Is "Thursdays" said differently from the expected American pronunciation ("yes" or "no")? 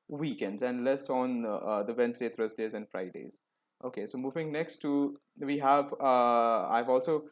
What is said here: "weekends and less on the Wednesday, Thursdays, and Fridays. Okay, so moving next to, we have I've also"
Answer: yes